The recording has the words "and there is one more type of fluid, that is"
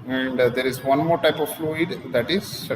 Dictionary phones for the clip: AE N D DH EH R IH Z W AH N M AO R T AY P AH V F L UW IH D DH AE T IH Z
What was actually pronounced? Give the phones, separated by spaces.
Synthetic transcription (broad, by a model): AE N D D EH R IH Z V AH N M AO R T AY P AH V F L UW IH D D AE T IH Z